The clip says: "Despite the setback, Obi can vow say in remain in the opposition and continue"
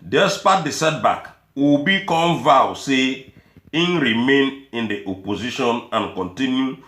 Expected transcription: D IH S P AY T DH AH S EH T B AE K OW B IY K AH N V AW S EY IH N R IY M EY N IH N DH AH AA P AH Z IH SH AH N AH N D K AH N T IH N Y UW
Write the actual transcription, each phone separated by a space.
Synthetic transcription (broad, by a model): D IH S P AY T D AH S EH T B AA K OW B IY K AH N V AW S EY IH N R IY M EY N IH N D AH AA P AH Z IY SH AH N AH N K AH N T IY N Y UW